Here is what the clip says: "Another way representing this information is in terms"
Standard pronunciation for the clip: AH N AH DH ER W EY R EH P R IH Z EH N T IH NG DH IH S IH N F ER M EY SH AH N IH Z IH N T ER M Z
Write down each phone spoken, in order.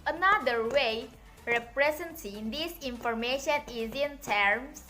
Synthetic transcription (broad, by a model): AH N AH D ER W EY R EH P R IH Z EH N S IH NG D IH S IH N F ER M EY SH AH N IH Z IH N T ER M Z